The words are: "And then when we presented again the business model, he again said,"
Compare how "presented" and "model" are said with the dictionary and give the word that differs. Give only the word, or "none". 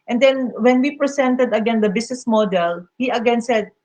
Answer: presented